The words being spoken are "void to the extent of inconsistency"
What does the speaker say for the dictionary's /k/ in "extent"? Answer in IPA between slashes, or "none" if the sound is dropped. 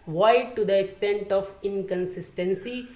/k/